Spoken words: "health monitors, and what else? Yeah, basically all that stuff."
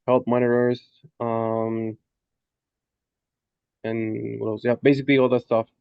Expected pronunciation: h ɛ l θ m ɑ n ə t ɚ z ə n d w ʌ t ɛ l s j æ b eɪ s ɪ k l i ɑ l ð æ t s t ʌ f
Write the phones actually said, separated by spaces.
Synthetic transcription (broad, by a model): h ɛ l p m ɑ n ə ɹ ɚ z ə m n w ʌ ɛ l j æ b eɪ s ɪ k l i ɑ l ð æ t s t ʌ f